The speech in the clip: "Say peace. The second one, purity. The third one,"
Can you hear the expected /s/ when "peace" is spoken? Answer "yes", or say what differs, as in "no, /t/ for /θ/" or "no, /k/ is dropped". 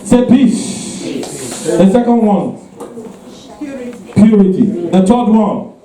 no, /ʃ/ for /s/